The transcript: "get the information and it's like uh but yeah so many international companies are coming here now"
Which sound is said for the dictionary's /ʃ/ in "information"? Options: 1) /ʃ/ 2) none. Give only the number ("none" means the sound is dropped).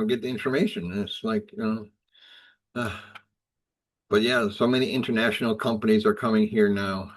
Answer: 2